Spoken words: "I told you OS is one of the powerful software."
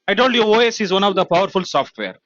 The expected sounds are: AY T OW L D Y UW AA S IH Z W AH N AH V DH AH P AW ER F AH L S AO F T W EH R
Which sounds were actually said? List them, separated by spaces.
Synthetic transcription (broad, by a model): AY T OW N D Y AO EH S IH Z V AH N AH V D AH P AW ER F AH L S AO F T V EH R